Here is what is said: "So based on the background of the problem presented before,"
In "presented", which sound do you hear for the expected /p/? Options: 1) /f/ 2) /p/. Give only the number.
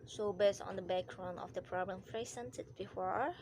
1